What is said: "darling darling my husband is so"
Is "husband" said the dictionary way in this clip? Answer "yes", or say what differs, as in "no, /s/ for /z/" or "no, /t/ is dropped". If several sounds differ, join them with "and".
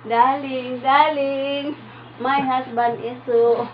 no, /s/ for /z/ and /d/ is dropped